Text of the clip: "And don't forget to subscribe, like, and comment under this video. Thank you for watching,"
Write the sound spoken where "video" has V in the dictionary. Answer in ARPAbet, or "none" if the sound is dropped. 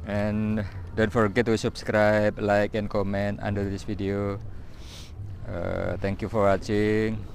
F